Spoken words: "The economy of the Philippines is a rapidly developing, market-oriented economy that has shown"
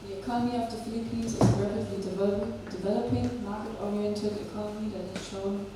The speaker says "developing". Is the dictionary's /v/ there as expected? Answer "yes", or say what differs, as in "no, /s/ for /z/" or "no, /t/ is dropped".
yes